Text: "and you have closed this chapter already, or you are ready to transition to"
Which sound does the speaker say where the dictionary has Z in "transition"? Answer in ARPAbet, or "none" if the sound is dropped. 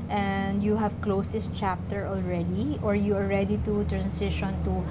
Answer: S